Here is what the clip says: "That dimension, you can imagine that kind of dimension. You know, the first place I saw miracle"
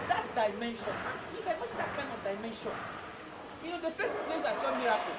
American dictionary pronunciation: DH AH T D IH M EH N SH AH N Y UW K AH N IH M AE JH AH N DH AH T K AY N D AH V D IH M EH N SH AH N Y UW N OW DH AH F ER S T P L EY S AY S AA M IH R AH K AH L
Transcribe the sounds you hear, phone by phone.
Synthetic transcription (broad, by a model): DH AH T D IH M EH N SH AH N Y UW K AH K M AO AH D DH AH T K AY N D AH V D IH M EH N SH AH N Y UW N OW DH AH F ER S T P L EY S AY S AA M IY R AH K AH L